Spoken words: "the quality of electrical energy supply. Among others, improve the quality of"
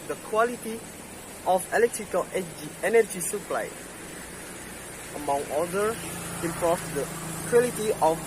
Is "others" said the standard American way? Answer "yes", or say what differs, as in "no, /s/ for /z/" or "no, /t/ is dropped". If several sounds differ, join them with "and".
no, /z/ is dropped